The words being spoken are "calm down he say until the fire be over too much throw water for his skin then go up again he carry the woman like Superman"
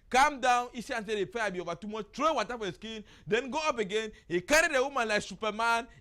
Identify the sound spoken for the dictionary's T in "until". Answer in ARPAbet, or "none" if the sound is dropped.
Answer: S